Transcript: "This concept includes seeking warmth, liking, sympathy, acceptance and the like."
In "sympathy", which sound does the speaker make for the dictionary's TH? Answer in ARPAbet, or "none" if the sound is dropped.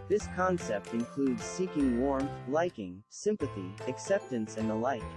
TH